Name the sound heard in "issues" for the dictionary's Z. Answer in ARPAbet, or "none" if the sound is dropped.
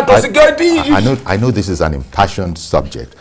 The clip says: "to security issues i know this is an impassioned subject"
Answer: none